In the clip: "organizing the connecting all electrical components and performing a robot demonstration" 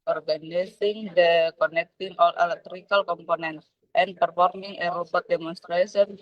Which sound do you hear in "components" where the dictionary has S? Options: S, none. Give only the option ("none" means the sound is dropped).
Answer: none